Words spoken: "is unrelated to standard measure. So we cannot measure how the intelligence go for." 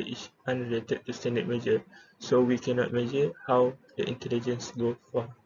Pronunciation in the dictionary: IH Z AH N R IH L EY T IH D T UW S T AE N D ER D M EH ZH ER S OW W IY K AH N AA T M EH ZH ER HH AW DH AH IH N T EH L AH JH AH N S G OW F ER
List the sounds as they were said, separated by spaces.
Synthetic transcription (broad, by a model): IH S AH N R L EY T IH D T UW S T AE N D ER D M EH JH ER S OW W IY K AH N AA T M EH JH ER HH AW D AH IH N T EH L AH JH AH N S G OW F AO